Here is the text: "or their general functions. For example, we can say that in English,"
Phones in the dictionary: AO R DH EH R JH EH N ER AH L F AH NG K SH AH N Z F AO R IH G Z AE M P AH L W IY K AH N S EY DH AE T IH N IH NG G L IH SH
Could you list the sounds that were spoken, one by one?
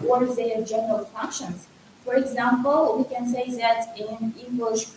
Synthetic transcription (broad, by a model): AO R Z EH JH EH N ER AH L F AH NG K SH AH N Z F AO R IH G Z AE M P AH L W IY K AH N S EY DH AE T IH N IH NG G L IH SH